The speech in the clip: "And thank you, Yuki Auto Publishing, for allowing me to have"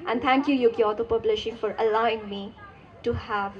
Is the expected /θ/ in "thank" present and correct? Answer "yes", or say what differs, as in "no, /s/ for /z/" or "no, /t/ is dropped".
no, /t/ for /θ/